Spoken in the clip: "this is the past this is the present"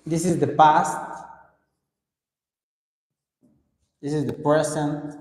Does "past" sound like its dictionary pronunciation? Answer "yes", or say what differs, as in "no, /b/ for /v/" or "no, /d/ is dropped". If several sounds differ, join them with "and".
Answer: yes